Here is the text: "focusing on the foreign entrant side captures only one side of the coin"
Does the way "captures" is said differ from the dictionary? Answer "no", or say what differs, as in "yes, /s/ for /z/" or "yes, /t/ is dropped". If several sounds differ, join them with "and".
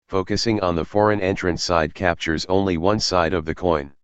no